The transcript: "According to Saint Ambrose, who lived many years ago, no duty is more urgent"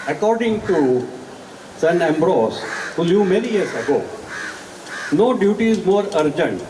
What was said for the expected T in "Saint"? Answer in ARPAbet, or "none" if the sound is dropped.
none